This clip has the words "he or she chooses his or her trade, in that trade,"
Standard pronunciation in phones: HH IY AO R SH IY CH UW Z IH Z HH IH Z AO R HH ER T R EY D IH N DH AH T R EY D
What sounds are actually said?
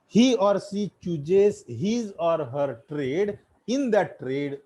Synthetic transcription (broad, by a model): HH IY AO R S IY CH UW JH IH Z HH IH Z AO R HH ER T R EY D IH N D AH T R EY D